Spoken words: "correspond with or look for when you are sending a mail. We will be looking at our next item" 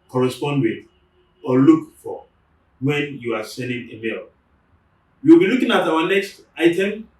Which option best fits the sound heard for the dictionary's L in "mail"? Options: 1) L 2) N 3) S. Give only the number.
1